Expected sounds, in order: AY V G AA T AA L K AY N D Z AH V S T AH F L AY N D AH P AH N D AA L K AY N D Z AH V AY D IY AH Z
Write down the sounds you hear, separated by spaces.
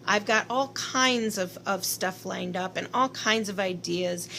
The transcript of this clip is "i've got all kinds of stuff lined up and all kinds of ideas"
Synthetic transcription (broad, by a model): AY V G AA T AA L K AY N D Z AH V S T AH F L AY N D AH P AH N AA L K AY N D Z AH V AY D IY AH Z